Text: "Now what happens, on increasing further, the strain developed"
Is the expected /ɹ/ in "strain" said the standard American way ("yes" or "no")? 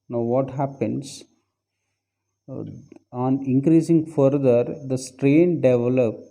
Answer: yes